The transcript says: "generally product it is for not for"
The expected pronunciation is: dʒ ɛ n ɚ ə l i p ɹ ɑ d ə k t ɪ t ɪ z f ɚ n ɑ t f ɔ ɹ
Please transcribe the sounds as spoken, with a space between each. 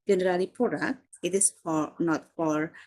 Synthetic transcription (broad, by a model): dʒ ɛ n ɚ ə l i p ɑ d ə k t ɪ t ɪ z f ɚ n ɑ t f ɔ ɹ